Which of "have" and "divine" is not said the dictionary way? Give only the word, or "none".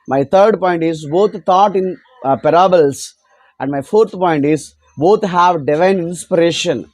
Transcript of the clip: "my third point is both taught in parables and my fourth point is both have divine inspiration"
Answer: none